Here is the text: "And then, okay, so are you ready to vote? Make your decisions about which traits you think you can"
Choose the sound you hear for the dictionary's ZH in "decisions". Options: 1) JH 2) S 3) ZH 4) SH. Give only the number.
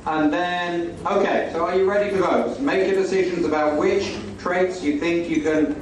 3